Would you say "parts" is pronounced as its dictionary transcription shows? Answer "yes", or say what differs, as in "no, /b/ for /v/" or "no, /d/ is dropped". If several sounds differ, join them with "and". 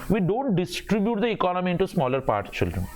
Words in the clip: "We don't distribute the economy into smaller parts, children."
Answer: no, /s/ is dropped